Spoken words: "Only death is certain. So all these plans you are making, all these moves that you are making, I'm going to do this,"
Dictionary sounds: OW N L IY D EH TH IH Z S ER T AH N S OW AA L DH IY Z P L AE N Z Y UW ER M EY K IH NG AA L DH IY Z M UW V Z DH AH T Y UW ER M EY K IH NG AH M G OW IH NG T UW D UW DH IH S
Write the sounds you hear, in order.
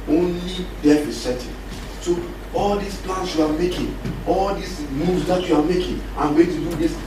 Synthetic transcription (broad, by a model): OW N L IY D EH F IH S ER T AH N S OW AA L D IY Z P L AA N S Y UW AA M EY K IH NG AA L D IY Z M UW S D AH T Y UW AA M EY K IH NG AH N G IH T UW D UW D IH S